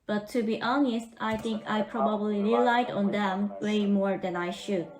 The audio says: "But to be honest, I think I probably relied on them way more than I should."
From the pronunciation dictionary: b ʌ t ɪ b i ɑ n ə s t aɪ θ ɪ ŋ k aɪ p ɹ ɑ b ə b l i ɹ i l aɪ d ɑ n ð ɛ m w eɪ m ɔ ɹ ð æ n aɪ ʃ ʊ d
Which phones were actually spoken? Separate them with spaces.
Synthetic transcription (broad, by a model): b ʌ t ɪ b i ɑ n ə s t aɪ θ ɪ ŋ k aɪ p ɹ ɑ b ə b l i ɹ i l aɪ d ɑ n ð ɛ m w eɪ m ɔ ɹ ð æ n aɪ ʃ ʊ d